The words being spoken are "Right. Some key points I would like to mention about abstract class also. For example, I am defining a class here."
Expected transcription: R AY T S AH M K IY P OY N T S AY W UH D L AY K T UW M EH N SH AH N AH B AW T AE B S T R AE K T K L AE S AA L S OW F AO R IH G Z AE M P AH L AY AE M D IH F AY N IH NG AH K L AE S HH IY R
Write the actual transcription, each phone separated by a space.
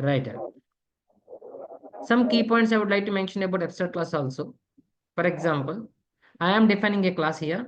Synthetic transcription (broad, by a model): R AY T S AH M K IY P OY N T S AY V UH D L AY K T UW M EH N SH AH N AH B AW T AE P S T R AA T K L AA S AA L S OW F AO R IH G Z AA M P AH L AY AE M D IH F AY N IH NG AH K L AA S HH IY R